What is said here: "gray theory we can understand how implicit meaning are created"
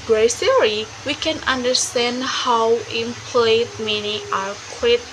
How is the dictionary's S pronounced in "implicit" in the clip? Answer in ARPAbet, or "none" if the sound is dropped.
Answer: none